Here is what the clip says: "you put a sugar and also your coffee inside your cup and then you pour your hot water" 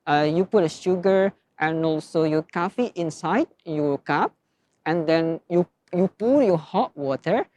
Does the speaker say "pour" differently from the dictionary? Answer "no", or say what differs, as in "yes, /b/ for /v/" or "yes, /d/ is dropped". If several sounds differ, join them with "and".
yes, /l/ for /ɹ/